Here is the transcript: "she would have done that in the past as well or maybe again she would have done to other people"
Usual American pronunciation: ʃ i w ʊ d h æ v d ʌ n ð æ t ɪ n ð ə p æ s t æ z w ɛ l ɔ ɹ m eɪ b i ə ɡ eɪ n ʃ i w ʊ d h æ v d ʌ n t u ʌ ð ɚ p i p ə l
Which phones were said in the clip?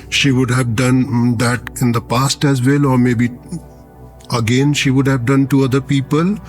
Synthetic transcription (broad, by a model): ʃ i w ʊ d h æ v d ʌ n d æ t ɪ n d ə p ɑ s t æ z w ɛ l ɔ ɹ m eɪ b i ə ɡ eɪ n ʃ i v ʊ d h æ v d ʌ n t u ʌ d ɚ p i p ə l